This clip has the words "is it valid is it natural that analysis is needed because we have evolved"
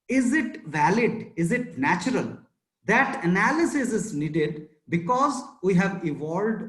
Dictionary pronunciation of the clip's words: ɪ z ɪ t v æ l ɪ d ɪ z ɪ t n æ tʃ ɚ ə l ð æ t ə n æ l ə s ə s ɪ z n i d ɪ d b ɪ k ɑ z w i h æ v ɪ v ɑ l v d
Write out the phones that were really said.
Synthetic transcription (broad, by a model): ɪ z ɪ t v æ l ɪ d ɪ z ɪ t n æ tʃ ɚ ə l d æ t ə n æ l ə s ə s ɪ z n i d ɪ d b ɪ k ɑ z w i h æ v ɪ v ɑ l d